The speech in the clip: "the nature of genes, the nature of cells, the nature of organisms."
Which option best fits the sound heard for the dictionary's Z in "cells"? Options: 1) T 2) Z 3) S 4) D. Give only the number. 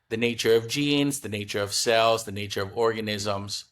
2